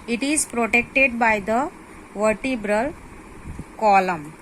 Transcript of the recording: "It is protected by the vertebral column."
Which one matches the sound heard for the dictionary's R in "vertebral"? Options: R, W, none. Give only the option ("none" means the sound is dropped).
R